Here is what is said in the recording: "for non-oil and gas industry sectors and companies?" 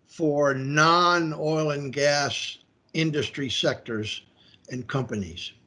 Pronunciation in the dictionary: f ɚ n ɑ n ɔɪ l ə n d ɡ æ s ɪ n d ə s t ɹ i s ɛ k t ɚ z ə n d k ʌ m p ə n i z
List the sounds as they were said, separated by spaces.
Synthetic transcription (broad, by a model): f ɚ n ɑ n ɔɪ l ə n ɡ æ s ɪ n d ə s t ɹ i s ɛ k t ɚ z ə n k ʌ m p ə n i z